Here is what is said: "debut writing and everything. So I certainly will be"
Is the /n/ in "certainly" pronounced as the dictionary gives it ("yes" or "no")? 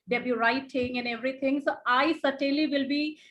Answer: no